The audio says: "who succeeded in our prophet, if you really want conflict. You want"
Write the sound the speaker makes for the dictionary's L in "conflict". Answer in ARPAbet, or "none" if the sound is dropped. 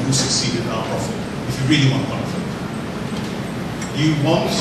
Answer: none